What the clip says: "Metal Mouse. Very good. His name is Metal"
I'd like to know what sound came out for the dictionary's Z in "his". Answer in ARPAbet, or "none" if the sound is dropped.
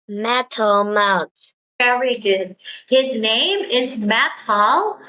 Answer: Z